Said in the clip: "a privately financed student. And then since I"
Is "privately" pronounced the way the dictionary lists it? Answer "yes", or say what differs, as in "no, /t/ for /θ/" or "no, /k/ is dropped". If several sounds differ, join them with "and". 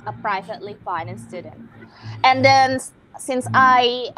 yes